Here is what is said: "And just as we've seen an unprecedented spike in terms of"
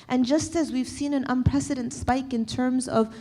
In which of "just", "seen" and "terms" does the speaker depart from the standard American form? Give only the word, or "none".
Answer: none